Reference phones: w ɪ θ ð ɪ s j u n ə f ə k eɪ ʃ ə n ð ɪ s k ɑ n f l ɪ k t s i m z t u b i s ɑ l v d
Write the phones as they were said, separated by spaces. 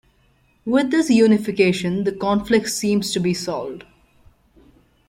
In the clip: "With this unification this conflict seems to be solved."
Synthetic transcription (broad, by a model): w ɪ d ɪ s j u n ə f ə k eɪ ʃ ə n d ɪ k ɑ n f l ɪ k t s i m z t u b i s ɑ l d